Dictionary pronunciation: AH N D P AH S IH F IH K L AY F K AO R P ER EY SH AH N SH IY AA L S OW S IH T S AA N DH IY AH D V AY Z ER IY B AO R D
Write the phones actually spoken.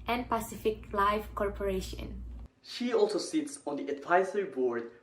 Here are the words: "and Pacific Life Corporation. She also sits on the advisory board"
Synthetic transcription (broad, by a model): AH N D P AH S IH F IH K L AY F K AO R P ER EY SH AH N SH IY AA L S OW S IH T S AA N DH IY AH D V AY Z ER IY B AO R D